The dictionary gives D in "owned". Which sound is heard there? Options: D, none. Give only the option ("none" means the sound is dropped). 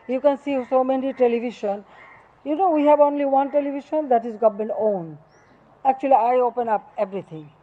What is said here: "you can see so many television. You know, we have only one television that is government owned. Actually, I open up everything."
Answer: none